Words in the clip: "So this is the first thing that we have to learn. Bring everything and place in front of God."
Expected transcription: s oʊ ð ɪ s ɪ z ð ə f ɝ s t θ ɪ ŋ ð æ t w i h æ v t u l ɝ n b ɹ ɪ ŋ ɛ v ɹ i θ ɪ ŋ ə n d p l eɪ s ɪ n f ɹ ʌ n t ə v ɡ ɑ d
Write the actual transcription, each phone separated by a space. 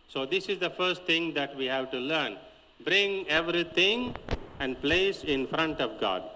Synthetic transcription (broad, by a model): s oʊ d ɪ s ɪ z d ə f ɝ s t t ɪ ŋ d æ t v i h æ v t u l ɝ n b ɹ ɪ ŋ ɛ v ɹ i t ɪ ŋ ə n d p l eɪ s ɪ n f ɹ ʌ n t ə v ɡ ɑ d